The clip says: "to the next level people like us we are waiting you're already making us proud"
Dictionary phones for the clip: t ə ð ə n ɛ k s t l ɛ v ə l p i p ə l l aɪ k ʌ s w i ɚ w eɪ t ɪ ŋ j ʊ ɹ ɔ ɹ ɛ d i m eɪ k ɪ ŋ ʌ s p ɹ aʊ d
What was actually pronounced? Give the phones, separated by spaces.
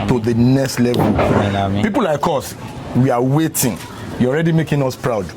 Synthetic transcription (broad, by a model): t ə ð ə n ɛ k s t l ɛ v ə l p i p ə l l aɪ k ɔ s w i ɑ w eɪ t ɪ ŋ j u ɔ ɹ ɛ d i m eɪ k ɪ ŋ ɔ s p ɹ aʊ d